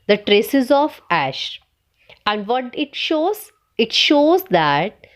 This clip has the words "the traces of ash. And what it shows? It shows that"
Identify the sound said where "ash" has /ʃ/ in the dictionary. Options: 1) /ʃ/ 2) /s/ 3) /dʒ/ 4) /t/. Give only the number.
1